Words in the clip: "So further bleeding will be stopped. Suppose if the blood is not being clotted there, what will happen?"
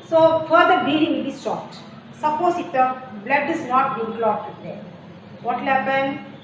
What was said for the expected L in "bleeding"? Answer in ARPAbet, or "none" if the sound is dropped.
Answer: none